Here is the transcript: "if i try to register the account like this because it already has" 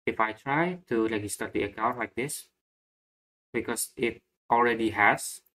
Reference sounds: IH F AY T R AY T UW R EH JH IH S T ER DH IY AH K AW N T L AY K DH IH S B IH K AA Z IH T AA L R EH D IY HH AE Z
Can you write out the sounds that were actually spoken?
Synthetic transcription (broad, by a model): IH F AY T R AY T UW L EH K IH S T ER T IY AH K AW N T L AY K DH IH S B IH K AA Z IH T AA L R EH D IY HH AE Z